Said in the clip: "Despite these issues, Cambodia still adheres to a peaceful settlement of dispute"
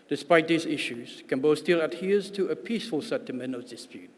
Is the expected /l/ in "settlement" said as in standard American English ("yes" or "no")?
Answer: no